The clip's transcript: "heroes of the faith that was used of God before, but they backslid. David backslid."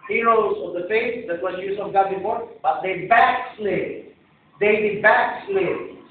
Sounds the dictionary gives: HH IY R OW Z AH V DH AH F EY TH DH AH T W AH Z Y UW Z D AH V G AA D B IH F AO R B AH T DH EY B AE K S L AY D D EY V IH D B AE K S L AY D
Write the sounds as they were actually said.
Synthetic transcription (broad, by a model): HH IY R OW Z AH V DH AH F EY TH DH AH T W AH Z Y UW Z AH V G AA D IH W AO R B AH T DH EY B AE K S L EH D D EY B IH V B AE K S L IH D